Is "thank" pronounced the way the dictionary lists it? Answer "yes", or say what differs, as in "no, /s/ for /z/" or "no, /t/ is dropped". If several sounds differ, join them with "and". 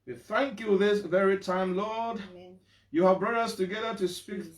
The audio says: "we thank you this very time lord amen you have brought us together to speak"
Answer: yes